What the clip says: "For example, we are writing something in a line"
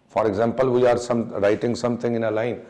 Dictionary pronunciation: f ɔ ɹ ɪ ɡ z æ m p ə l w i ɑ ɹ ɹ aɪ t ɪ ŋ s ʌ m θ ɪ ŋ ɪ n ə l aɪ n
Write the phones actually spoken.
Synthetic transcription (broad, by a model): f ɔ ɹ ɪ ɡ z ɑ m p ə l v i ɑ ɹ ɹ aɪ t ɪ ŋ s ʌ m t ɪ ŋ ɪ n ə l aɪ n